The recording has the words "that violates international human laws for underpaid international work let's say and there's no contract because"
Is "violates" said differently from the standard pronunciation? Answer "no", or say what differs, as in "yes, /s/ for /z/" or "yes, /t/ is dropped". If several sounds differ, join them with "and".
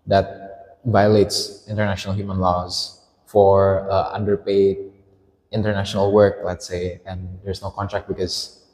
no